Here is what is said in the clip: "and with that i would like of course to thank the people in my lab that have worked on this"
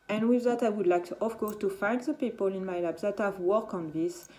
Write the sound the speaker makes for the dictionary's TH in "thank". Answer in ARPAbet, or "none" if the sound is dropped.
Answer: F